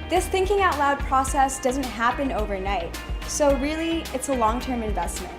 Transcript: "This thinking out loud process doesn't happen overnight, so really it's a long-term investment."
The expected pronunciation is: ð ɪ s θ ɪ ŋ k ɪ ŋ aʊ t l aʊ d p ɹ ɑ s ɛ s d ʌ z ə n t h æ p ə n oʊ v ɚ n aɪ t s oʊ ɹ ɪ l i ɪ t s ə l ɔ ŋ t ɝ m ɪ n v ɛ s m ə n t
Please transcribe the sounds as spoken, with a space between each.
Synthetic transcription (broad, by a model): ð ɪ s θ ɪ ŋ k ɪ ŋ aʊ t l aʊ d p ɹ ɑ s ɛ s d ʌ z ə n t h æ p ə n oʊ v ɚ n aɪ t s oʊ ɹ ɪ l i ɪ t s ə l ɔ ŋ t ɝ m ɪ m v ɛ s m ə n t